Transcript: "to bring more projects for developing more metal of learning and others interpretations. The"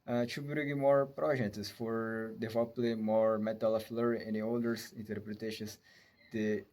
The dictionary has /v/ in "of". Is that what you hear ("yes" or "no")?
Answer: no